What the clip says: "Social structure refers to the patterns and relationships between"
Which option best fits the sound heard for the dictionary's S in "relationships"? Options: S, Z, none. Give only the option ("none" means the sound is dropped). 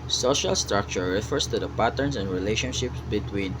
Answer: S